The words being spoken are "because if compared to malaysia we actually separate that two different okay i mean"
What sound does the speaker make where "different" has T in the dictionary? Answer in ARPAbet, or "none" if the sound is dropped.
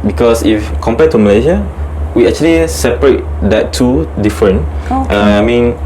none